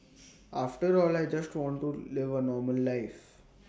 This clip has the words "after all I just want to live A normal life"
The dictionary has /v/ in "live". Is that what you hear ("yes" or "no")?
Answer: yes